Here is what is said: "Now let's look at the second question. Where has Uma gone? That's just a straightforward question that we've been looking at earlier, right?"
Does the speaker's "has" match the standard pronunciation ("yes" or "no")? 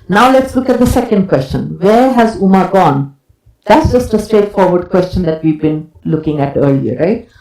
yes